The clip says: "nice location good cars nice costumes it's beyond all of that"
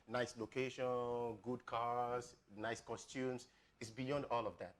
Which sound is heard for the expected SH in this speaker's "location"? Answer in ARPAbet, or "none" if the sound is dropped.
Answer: SH